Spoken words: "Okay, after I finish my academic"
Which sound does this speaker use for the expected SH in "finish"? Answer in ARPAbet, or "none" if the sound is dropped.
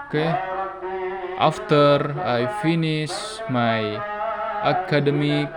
S